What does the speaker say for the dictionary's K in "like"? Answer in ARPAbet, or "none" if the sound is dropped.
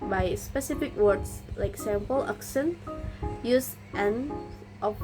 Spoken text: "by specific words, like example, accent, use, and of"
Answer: K